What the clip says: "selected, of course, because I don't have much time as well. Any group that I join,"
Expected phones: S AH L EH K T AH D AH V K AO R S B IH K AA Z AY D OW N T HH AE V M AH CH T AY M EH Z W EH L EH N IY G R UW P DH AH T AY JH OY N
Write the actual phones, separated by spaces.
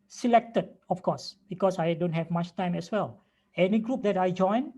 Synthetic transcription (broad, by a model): S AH L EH K T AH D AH F K AO S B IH K AA S AY D OW N T HH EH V M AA CH T AY M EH S W EH L EH N IY G R UW P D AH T AY JH OY N